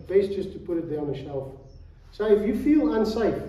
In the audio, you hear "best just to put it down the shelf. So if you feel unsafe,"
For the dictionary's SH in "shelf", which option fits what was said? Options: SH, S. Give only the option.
SH